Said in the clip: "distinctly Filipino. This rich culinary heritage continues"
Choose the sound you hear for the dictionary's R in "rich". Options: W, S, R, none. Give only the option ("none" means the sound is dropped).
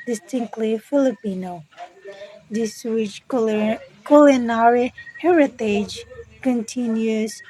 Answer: W